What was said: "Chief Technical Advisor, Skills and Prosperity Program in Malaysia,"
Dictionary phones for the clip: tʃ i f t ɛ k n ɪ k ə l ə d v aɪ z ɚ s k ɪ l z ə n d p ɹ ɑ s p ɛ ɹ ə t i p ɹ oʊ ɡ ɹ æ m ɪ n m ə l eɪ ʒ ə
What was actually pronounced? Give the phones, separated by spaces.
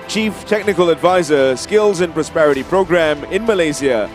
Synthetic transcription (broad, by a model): tʃ i f t ɛ k n ɪ k ə l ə d v aɪ z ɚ s k ɪ l z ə n p ɹ ɑ s p ɛ ɹ ə t i p ɹ oʊ ɡ ɹ æ m ɪ n m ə l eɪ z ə